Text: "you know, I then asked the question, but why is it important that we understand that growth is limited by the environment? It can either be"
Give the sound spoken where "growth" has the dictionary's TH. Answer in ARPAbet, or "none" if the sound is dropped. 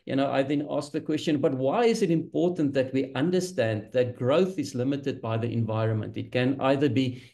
TH